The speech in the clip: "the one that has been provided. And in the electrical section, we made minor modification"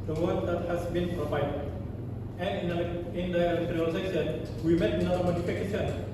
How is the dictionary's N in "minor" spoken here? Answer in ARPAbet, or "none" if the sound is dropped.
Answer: none